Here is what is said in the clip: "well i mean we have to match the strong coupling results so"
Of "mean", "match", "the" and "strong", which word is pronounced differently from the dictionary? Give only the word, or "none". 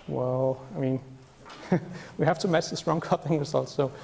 match